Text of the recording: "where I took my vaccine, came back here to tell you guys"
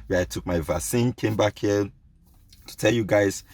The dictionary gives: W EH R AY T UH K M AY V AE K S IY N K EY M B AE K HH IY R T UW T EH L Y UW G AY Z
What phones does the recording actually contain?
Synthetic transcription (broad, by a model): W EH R AY T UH K M AY V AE S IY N K EY M B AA K HH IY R T UW T EH L Y UW G AY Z